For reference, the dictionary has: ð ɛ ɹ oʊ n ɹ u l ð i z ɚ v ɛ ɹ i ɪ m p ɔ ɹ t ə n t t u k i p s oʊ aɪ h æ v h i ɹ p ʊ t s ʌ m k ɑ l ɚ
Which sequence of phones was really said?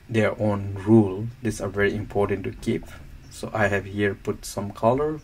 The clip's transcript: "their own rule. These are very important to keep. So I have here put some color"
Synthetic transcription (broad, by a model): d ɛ ɹ oʊ n ɹ u l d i s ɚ v ɛ ɹ i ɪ m p ɔ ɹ t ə n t t u k i p s oʊ aɪ h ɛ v h i ɹ p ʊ t s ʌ m k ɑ l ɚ